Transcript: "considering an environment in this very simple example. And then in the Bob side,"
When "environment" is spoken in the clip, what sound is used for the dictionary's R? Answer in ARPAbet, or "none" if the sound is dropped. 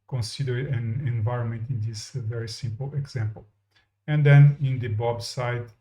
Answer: R